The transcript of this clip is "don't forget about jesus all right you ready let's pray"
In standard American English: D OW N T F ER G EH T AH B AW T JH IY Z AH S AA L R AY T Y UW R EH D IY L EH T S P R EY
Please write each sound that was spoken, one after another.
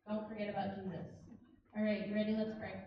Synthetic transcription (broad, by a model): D OW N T F ER G EH T AH B AW T JH IY Z AH S AA L R AY T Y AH R EH D IY L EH T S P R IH